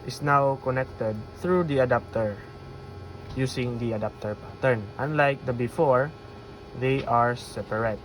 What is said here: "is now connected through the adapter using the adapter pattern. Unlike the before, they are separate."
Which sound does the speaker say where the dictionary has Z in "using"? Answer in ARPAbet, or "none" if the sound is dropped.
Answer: S